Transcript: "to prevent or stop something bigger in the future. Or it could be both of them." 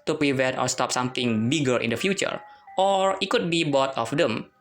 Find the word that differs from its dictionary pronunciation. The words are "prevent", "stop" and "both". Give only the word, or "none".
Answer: both